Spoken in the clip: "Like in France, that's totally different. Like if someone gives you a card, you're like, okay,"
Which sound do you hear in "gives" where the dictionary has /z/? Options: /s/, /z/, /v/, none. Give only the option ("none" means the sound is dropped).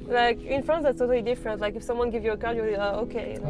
none